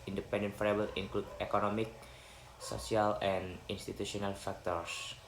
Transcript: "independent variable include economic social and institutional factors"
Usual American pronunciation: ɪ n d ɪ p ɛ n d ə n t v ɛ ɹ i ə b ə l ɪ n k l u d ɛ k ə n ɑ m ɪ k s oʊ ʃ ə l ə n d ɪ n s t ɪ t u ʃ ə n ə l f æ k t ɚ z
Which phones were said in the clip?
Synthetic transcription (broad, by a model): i n d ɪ p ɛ n d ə n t f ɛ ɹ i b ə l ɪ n k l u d ɛ k ə n ɑ m ɪ k s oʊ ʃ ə l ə n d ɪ n s t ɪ t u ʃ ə n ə l f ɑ k t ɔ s